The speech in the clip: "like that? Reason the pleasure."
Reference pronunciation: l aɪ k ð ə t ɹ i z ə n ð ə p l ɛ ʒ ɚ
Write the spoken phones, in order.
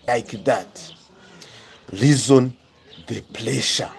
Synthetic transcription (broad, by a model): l aɪ k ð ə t l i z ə n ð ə p l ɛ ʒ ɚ